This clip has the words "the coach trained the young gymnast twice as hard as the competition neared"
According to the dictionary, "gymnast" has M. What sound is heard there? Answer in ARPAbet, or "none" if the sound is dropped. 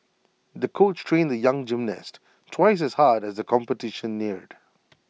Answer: M